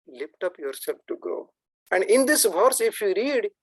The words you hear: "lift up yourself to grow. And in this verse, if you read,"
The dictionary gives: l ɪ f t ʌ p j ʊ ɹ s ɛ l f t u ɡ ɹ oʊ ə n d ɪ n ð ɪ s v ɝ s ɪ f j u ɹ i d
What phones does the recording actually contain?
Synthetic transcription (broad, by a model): l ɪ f t ʌ p j ʊ ɹ s ɛ l f t u ɡ oʊ ə n d ɪ n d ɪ s v ɝ s ɪ f j u ɹ i d